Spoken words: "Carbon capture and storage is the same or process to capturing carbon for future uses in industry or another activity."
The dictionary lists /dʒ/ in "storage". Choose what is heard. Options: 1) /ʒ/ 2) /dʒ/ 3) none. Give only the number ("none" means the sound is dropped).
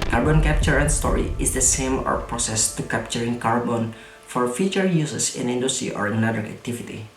3